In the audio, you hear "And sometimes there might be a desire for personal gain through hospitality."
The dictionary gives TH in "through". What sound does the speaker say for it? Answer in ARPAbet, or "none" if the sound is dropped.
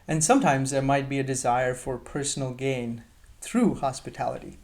TH